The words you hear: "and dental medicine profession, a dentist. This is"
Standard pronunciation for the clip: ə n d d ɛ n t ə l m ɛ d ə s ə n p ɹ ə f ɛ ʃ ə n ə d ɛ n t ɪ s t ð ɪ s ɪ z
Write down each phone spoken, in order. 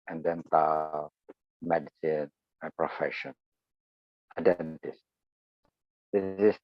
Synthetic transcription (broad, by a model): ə n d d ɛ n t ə m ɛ d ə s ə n p ɹ ə f ɛ ʃ ə n ə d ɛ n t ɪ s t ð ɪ ɪ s